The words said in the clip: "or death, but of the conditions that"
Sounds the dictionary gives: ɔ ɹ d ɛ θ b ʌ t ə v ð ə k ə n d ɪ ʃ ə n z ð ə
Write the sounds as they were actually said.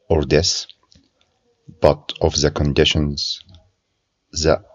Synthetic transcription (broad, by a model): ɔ ɹ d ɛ s b ʌ t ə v ð ə k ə n d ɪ ʃ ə n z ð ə